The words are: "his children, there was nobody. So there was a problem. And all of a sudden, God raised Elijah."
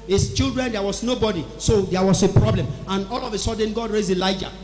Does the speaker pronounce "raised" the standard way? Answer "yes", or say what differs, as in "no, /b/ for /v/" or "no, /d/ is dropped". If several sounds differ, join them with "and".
no, /d/ is dropped